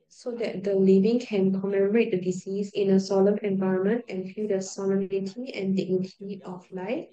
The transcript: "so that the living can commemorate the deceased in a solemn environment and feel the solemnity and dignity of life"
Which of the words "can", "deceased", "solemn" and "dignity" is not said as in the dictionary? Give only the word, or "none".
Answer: deceased